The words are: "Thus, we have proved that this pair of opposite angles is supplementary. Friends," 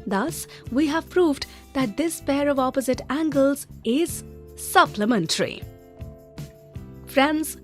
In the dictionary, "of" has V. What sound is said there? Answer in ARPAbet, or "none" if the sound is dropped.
V